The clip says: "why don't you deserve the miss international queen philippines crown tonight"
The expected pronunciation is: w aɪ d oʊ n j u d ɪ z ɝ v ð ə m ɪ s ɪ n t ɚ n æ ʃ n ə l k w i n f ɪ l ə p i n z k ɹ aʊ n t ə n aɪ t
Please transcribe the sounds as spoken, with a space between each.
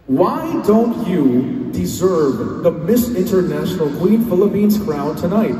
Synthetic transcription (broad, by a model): w aɪ d oʊ n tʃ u d ɪ z ɝ v ð ə m ɪ s ɪ n t ɚ n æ ʃ n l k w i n f ɪ l ə p i n z k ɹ aʊ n t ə n aɪ t